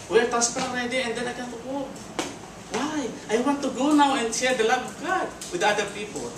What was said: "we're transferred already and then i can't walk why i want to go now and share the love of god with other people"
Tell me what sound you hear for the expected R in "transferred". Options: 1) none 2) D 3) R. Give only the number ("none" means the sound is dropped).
1